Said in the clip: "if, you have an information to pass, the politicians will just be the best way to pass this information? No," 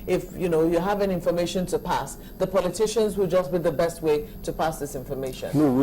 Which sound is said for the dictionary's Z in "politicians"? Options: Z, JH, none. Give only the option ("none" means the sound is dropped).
Z